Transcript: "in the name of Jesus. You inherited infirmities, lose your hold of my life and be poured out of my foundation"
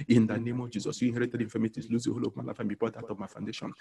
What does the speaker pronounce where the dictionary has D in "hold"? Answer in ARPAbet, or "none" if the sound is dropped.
none